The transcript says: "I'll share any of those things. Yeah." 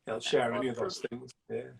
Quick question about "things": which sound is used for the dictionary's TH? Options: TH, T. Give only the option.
TH